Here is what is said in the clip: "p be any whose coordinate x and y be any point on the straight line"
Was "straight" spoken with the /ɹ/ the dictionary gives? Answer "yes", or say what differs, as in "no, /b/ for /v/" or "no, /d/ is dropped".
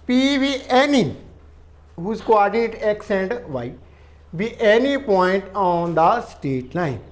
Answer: no, /ɹ/ is dropped